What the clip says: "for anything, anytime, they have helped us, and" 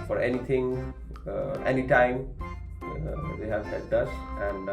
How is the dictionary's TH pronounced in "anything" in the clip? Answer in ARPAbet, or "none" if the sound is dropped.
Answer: T